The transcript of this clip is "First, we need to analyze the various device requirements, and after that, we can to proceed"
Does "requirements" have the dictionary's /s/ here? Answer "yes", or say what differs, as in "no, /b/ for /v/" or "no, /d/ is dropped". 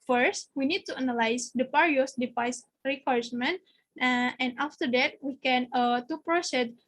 no, /s/ is dropped